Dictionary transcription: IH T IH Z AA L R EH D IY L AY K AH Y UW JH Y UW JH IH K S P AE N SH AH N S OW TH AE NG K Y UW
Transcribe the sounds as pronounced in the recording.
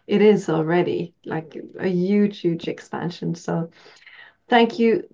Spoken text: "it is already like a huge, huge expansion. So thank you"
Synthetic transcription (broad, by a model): IH T IH Z AA L R EH D IY L AY K AH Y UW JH Y UW JH IH K S P AE N SH AH N S OW TH AE NG K Y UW